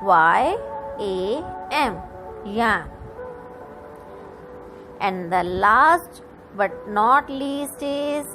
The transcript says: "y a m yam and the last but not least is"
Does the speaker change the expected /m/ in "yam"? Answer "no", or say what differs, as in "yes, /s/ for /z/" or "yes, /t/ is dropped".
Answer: yes, /m/ is dropped